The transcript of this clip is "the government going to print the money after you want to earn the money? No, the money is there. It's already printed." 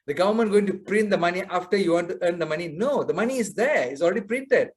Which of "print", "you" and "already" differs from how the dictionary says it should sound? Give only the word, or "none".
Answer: none